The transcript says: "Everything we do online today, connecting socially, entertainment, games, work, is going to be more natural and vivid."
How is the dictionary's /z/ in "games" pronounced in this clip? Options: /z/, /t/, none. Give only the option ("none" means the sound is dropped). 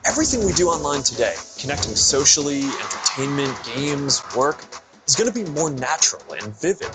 /z/